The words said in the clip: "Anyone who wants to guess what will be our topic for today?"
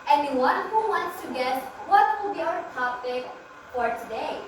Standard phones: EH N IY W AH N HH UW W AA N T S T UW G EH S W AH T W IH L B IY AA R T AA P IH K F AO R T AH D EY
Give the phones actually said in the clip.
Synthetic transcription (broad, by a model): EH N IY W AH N HH UW W AA N T S T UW G EH S W AH T W IH L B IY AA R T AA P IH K F AO R T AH D EY